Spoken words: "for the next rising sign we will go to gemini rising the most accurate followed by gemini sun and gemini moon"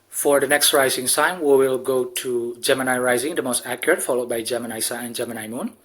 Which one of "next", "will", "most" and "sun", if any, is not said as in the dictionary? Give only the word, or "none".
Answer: sun